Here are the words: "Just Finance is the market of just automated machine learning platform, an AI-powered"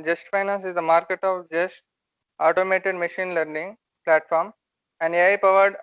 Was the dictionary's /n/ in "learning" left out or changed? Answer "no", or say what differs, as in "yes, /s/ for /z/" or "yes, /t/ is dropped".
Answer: no